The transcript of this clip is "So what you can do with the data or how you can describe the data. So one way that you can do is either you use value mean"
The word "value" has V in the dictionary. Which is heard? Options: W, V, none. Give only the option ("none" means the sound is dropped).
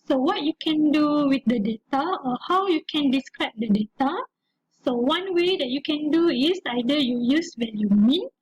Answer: W